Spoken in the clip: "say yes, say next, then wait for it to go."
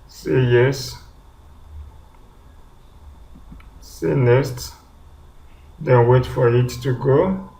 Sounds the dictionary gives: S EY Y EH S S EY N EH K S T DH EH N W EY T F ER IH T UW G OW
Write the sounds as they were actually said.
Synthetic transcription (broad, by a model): S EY Y EH S S EY N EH S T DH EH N W EY T F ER IH T UW G OW